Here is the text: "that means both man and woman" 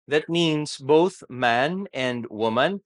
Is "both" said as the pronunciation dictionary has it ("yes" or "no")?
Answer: yes